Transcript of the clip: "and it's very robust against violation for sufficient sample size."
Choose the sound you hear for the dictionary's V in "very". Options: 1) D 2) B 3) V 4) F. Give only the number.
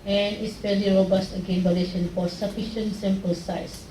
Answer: 4